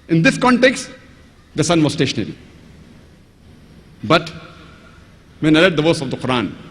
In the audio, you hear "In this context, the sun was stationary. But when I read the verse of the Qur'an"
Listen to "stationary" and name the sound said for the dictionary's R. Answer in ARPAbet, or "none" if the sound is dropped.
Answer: R